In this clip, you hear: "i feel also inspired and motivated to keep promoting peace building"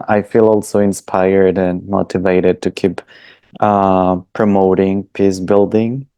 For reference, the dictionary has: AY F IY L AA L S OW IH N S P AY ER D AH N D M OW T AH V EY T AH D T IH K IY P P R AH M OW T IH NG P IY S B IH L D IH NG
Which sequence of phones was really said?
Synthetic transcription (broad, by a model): AY F IY L AA L S OW IH N S P AY ER D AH N M OW T AH V EY T AH D T IH K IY P P R AH M OW T IH NG P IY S B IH L D IH NG